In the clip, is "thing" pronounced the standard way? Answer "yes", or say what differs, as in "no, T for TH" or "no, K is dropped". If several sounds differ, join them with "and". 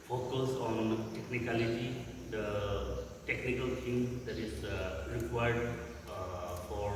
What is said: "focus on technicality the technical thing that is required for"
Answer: no, T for TH